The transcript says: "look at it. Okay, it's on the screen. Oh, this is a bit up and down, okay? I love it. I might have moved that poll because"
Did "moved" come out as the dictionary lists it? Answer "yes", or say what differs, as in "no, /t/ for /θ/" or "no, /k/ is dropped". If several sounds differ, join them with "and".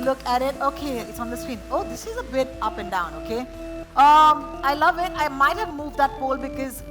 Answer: yes